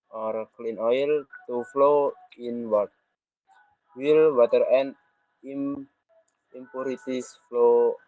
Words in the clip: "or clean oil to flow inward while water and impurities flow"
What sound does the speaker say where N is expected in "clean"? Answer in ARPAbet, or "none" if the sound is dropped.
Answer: N